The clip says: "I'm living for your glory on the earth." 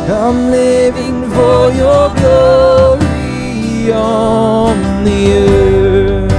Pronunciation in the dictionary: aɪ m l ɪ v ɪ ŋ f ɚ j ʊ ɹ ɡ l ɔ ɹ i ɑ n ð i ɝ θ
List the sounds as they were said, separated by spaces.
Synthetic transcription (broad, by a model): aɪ m l ɪ v ɪ ŋ f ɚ j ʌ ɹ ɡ ɔ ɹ i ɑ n ð i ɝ